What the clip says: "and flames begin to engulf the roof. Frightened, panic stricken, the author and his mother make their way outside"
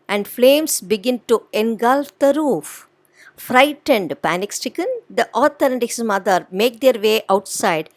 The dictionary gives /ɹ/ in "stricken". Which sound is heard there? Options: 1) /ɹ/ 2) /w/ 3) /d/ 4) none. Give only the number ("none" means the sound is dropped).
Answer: 4